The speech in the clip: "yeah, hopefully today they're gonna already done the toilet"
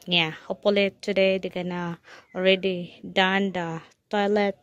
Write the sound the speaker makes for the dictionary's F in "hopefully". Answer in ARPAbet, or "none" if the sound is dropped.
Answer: none